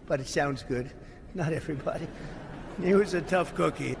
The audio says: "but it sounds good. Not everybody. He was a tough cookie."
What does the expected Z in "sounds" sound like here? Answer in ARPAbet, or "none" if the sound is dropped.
Z